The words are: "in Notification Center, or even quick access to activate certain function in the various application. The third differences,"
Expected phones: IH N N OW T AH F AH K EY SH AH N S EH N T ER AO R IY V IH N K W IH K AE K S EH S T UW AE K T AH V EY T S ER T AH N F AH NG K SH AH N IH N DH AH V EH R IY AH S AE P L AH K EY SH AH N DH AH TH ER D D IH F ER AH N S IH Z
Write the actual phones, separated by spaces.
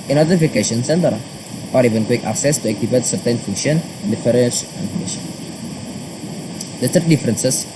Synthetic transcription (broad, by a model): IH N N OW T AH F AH K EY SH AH N S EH N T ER AO R IY V IH N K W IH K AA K S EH S T UW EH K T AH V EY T S ER T AH N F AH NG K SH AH N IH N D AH F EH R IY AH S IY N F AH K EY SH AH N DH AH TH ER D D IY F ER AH N S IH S